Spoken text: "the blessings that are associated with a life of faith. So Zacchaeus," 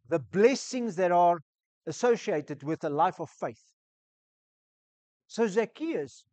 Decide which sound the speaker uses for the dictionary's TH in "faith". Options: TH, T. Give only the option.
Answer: TH